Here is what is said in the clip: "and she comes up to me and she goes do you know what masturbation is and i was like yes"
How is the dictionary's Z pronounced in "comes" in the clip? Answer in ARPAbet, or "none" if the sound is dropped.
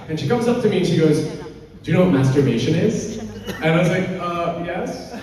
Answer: Z